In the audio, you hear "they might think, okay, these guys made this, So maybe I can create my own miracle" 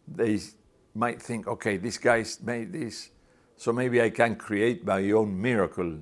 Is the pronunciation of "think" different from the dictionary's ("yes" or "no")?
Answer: no